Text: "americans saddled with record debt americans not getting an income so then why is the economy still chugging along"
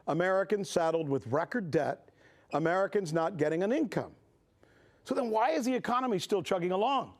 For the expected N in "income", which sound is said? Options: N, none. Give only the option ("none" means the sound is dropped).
N